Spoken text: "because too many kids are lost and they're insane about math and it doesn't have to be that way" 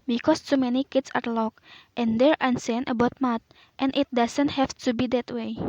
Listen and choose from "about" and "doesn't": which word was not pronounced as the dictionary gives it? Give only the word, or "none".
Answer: doesn't